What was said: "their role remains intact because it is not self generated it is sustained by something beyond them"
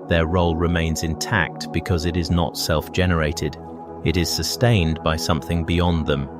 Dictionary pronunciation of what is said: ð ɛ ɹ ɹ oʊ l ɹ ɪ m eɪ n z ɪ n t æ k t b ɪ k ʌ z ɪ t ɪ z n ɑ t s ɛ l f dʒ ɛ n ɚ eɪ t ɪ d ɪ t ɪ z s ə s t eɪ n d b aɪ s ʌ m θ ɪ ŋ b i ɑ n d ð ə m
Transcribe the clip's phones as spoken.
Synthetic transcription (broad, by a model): ð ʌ ɹ ɹ oʊ l ɹ ɪ m eɪ n z ɪ n t æ k t b ɪ k ʌ z ɪ t ɪ z n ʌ t s ɛ l f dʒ ɛ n ɚ eɪ t ɪ d ɪ t ɪ z s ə s t eɪ n b aɪ s ʌ m θ ɪ ŋ b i ɑ n ð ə m